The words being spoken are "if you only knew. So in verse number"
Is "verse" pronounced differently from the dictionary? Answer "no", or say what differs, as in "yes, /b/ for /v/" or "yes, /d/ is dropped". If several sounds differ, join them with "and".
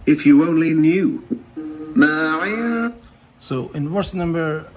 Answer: yes, /w/ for /v/